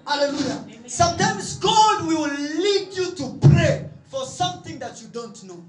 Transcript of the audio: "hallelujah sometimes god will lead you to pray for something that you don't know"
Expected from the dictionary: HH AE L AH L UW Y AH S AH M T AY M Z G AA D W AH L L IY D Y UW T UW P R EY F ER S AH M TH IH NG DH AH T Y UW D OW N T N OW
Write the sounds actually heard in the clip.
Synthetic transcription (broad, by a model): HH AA L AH L UW Y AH S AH M T AY M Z G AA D W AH W L IY D Y UW T UW P R EY F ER S AH M TH IH NG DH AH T Y UW D OW N T N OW